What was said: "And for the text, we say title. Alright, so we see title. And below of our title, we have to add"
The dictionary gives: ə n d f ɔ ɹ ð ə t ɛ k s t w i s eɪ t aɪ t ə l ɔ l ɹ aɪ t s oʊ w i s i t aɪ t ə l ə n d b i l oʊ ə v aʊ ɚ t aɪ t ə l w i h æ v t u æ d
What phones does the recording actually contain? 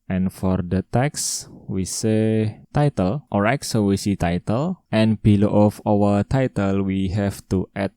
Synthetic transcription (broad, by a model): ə n f ɔ ɹ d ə t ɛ k s w i s eɪ t aɪ t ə l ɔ ɹ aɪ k s oʊ w i s i t aɪ t ə l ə n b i l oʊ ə f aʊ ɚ t aɪ t ə l w i h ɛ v t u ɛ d